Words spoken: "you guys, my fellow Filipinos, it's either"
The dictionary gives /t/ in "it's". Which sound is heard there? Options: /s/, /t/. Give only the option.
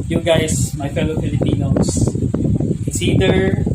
/s/